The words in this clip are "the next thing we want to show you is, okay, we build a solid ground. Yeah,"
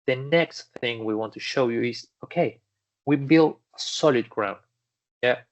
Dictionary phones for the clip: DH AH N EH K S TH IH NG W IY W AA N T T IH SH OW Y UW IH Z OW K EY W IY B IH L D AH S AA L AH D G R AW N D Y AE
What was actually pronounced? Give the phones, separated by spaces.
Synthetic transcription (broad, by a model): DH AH N EH K S TH IH NG W IY W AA N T T IH SH OW Y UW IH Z OW K EY W IY B IH L D AH S AA L AH D G R AW N D Y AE